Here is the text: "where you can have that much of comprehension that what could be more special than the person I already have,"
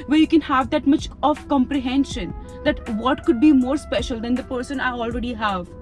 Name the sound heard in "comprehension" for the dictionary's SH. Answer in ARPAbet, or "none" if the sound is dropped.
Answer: SH